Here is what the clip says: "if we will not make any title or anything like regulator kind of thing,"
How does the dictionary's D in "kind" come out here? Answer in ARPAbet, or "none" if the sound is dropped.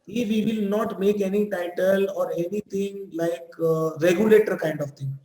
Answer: D